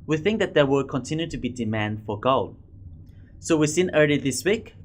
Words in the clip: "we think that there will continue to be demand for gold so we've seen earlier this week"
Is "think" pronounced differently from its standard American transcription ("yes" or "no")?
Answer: no